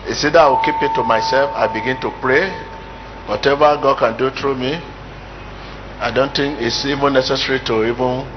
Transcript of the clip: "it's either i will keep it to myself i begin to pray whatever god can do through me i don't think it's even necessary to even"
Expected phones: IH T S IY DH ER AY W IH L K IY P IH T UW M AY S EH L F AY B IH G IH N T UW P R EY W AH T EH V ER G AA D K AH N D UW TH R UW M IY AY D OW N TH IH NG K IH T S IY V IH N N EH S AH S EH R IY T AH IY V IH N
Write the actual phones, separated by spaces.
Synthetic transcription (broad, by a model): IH S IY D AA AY W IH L K IY P IH T UW M AY S EH L F AY B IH G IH N T UW P R EY W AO T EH V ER G AA D K AH N D UW T R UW M IY AY D OW N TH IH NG K IH T S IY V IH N N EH S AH S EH R IY T AH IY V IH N